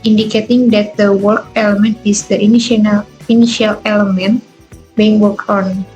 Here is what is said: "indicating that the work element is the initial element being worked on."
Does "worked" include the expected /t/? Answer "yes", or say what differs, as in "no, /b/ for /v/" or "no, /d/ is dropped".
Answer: no, /t/ is dropped